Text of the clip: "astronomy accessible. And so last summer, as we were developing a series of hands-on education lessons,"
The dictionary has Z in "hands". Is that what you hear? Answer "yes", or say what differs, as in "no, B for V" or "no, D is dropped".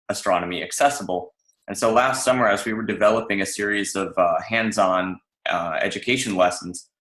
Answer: yes